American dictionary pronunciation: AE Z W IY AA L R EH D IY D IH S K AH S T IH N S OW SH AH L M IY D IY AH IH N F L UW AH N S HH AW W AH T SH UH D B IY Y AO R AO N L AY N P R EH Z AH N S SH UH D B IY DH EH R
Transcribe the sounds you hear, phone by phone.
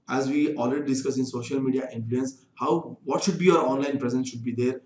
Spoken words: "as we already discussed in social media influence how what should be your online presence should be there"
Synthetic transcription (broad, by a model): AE Z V IY AA L R EH D IY D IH S K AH S IH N S OW SH AH L M IY D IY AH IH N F L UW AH N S HH AW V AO T SH UH D B IY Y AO R AO N L AY N P R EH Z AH N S SH UH D B IY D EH R